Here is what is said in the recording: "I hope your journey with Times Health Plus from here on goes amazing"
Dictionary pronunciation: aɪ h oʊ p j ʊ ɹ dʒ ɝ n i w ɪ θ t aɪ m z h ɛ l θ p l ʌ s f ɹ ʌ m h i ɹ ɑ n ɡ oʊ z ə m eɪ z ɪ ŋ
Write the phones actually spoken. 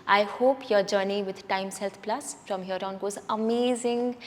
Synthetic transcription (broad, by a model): aɪ h oʊ p j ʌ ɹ dʒ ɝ n i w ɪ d t aɪ m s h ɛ l t p l ʌ s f ɹ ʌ m h i ɹ ɑ n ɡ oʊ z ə m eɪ z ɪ ŋ